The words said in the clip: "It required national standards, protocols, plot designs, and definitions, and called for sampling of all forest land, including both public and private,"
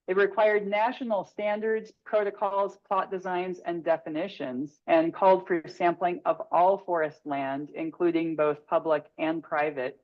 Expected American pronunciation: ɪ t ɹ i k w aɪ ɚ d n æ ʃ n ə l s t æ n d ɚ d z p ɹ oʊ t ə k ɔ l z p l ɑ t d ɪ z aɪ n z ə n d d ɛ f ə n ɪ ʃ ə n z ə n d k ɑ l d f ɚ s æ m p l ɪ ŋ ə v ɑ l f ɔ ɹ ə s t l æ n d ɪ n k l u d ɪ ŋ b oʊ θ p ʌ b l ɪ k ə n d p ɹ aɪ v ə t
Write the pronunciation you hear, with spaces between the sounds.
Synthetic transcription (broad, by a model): ɪ t ɹ i k w aɪ ɚ d n æ ʃ n l s t æ n d ɚ d z p ɹ oʊ t ə k ɔ l z p l ɑ t d ɪ z aɪ n z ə n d d ɛ f ə n ɪ ʃ ə n z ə n k ɑ l d f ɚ s æ m p l ɪ ŋ ə v ɑ l f ɔ ɹ ə s t l æ n d ɪ n k l u d ɪ ŋ b oʊ θ p ʌ b l ɪ k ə n p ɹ aɪ v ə t